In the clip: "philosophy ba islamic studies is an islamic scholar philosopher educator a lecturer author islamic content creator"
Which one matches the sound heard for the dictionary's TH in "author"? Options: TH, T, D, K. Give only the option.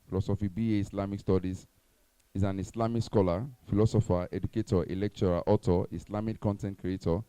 T